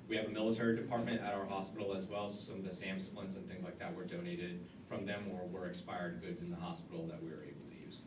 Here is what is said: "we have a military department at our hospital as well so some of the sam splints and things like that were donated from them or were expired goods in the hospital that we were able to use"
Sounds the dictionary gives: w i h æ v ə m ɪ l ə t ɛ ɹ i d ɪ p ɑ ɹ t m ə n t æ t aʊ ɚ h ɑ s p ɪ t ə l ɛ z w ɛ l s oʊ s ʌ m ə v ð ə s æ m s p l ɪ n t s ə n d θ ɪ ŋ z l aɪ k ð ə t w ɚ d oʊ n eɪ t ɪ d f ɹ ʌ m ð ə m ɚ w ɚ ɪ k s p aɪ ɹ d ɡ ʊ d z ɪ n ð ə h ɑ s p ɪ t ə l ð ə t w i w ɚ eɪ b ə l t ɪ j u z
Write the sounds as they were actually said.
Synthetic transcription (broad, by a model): w i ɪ v ə m ɪ l ə t ɛ ɹ i d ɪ p ɑ ɹ t m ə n t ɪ t aʊ ɚ h ɑ s p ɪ t l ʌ z w ɛ l s oʊ s ʌ m ə v ð ə s æ m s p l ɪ n s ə n θ ɪ ŋ z l aɪ k ð ə t w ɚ d oʊ n eɪ t ɪ d f ɹ ʌ m ð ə m ɚ w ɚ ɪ k s p aɪ ɹ d ɡ ʊ d z ɪ n ð ə h ɑ s p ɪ t l ð ə t w i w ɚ eɪ b l t ɪ j u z